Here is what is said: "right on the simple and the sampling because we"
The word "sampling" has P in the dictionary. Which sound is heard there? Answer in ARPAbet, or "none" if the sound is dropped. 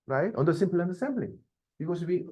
B